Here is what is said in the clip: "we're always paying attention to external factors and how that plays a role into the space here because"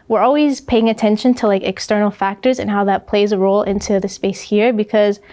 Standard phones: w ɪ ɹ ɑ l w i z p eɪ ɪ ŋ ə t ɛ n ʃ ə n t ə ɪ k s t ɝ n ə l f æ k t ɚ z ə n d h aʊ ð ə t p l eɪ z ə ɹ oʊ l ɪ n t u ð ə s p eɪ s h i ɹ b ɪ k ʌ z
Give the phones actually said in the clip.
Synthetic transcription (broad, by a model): w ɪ ɹ ɑ l w i z p eɪ ɪ ŋ ə t ɛ n ʃ ə n t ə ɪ k s t ɝ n l f æ k t ɚ z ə n h aʊ ð ə t p l eɪ z ə ɹ oʊ l ɪ n t u ð ə s p eɪ s h i ɹ b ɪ k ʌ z